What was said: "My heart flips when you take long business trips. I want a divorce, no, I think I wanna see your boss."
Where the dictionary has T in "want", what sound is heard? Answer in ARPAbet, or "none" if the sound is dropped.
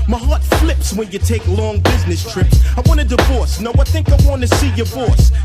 none